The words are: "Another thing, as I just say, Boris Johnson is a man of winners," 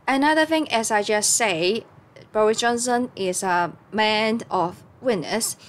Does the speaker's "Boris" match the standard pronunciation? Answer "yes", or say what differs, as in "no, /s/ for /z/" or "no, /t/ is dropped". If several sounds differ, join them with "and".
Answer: yes